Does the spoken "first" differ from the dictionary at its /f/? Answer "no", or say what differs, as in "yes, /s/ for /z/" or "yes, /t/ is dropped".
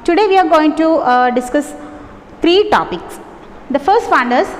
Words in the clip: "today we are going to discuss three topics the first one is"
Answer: no